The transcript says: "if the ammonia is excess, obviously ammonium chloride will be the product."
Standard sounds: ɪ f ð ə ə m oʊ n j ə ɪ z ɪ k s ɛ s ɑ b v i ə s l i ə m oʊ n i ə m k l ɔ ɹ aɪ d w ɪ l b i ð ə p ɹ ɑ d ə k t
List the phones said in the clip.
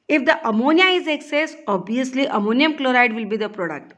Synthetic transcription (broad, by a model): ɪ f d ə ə m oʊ n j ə ɪ z ɪ k s ɛ s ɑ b i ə s l i ə m oʊ n i ə m k l ɔ ɹ aɪ d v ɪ l b i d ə p ɹ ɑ d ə k t